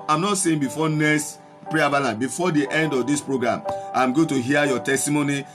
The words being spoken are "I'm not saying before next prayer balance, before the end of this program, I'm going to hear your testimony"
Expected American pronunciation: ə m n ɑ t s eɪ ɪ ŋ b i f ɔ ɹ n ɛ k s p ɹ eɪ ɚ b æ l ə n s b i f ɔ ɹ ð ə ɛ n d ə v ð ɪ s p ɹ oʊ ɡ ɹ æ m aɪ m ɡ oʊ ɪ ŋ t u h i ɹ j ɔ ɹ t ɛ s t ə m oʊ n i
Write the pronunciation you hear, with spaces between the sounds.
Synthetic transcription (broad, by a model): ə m n ɑ t s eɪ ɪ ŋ b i f ɔ n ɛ s p ɹ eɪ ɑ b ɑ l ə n b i f ɔ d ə ɛ n d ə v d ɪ s p ɹ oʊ ɡ ɹ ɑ m aɪ m ɡ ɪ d t u h i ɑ j ɔ t ɛ s t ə m oʊ n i